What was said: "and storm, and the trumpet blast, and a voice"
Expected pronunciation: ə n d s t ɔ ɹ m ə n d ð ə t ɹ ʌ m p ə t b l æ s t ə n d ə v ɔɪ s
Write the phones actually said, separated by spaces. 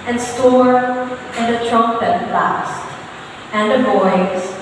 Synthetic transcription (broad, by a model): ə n s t ɔ ɹ ə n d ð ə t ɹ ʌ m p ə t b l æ s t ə n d ə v ɔɪ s